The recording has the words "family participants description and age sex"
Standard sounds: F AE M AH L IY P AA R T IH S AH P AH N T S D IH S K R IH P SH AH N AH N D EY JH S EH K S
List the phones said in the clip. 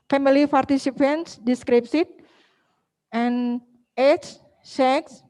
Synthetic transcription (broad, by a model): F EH M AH L IY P AA R T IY S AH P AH N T S D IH S K R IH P S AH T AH N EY CH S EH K S